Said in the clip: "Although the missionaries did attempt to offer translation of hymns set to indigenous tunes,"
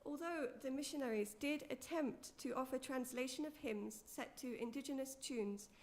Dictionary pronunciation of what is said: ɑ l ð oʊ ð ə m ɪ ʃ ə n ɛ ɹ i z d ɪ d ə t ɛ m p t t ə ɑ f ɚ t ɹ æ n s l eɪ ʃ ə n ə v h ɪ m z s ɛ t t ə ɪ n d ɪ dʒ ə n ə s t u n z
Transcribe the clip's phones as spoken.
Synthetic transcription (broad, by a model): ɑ l ð oʊ ð ə m ɪ ʃ ə n ɛ ɹ i z d ɪ d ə t ɛ m p t t ɑ f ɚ t ɹ æ n s l eɪ ʃ ə n ə v h ɪ m z s ɛ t t ə ɪ n d ɪ dʒ ə n ə s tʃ u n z